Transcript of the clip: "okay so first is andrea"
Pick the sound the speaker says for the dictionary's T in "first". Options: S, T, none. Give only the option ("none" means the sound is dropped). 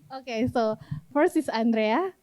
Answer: none